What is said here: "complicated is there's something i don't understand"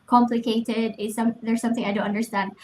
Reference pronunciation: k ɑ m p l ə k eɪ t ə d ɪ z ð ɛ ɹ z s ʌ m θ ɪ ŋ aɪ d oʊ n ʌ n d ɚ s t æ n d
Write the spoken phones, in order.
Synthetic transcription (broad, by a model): k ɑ m p l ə k eɪ t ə d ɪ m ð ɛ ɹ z s ʌ m θ ɪ ŋ aɪ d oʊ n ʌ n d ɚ s t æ n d